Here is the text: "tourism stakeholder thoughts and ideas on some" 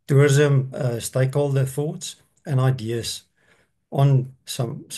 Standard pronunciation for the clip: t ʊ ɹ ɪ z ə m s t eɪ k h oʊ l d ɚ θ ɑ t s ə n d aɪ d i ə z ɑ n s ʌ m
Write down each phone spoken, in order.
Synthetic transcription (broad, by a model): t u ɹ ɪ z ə m s t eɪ k h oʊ l d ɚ θ ɑ t s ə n aɪ d i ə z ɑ n s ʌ m